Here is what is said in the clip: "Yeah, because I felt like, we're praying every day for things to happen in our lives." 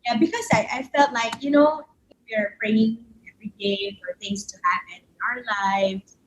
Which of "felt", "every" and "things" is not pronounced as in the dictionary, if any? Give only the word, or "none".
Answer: none